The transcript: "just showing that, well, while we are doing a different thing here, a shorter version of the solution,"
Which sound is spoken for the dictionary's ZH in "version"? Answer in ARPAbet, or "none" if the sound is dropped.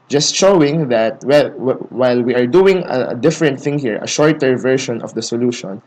SH